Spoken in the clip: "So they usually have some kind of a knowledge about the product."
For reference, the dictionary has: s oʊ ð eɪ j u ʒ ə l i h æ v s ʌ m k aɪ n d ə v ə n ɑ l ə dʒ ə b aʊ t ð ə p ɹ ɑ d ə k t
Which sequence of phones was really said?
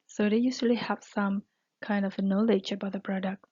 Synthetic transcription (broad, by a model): s oʊ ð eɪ j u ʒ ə l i h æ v s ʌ m k aɪ n d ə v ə n ɑ l ə dʒ ə b aʊ t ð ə p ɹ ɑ d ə k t